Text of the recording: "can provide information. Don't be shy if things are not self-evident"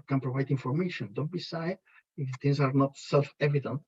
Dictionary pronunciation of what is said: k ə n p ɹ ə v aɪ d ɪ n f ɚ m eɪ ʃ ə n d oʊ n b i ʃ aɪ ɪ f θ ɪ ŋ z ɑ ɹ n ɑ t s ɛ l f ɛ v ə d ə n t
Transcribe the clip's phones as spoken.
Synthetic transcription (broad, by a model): k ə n p ɹ ə v aɪ d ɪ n f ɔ m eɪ ʃ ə n d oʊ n b i s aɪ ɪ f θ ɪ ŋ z ɑ ɹ n ɑ t s ɛ l f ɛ v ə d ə n t